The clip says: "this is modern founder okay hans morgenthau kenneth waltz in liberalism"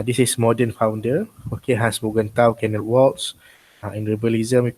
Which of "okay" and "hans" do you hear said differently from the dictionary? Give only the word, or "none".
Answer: hans